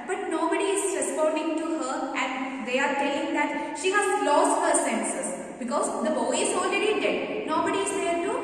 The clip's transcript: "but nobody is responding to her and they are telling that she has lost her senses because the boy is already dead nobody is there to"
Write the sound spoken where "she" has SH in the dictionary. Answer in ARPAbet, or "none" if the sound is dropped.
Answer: SH